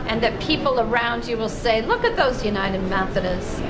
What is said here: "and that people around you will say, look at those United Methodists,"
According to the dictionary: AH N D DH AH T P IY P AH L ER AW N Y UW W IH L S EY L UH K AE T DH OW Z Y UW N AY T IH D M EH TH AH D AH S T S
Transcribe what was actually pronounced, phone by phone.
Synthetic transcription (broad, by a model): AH N DH AH T P IY P L ER AW N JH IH W IH L S EY L UH K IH T DH OW Z Y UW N AY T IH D M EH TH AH D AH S S